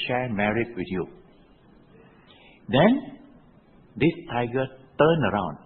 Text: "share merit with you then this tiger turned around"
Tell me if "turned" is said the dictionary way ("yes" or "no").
no